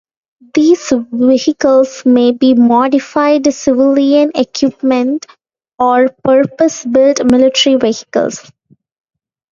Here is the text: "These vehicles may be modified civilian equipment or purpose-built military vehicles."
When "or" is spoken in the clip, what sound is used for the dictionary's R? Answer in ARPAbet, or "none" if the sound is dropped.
R